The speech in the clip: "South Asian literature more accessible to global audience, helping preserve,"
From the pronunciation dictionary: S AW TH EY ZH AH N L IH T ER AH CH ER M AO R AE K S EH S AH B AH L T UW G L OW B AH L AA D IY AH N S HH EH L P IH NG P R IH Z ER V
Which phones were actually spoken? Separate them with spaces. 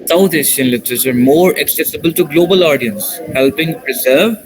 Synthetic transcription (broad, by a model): S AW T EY SH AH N L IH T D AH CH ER M AO R AE K S EH S AH B AH L T UW G L OW B AH L AA D IY AH N S HH EH L P IH NG P R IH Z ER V